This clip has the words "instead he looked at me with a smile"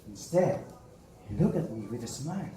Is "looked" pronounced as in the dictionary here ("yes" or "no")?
no